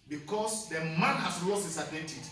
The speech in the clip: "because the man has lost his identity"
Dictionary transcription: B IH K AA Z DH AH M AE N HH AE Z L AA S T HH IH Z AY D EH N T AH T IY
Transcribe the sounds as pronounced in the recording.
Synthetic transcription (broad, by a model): B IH K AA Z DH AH M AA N HH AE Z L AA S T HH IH S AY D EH N T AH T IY